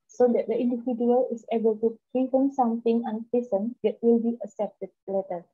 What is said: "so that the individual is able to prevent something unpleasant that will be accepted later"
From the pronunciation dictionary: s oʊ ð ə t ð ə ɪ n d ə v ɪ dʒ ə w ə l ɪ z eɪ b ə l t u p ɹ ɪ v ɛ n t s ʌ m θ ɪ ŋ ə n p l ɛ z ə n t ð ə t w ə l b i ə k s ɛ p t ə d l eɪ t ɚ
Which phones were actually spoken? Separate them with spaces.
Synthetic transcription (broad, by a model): s oʊ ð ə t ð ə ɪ n d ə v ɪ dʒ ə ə l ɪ s eɪ b ə l t u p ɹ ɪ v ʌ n s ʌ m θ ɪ ŋ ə n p i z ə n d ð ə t w ə l b i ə s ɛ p t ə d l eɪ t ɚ